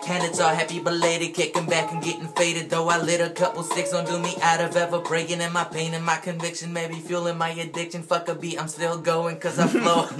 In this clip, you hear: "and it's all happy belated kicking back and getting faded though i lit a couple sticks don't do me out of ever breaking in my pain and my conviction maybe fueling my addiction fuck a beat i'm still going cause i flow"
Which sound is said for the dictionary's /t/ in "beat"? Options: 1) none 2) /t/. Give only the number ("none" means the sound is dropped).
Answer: 1